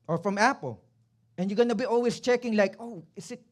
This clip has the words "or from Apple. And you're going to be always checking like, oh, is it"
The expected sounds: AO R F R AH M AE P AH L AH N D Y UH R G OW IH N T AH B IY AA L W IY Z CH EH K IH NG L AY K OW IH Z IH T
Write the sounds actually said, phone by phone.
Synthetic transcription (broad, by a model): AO R F R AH M AE P AH L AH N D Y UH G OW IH N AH B IY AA L W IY S CH EH K IH NG L AY K OW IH S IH T